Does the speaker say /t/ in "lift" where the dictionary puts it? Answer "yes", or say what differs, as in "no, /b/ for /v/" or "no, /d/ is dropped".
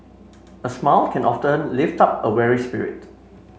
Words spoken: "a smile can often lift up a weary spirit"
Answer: yes